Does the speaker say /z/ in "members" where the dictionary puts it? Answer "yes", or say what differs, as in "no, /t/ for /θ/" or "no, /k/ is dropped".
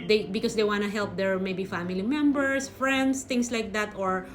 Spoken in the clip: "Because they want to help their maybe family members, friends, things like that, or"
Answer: no, /s/ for /z/